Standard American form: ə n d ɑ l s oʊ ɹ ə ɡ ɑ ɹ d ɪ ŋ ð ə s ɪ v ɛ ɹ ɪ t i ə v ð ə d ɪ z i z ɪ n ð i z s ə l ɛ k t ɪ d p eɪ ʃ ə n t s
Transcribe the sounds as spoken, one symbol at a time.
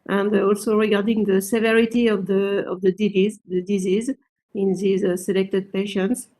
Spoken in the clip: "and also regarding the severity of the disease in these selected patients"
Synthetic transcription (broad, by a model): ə n d ɑ l s oʊ ɹ ə ɡ ɑ ɹ d ɪ ŋ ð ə s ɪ v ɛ ɹ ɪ t i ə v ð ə d ɪ z i z ɪ n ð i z s ə l ɛ k t ɪ d p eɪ ʃ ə n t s